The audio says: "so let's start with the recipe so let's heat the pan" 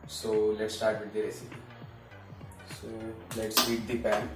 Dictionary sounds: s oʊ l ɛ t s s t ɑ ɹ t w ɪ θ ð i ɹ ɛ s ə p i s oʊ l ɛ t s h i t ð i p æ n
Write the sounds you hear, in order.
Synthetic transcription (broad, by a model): s oʊ l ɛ t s s t ɑ ɹ t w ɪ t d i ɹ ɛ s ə i s oʊ l ɛ t s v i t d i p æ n